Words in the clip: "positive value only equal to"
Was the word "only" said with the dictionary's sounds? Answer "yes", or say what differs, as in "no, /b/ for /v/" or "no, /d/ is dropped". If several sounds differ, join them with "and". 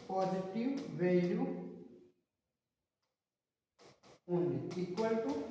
no, /l/ is dropped